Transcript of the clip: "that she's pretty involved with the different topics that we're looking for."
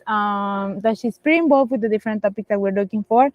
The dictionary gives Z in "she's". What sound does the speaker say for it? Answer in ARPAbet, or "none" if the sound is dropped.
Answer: S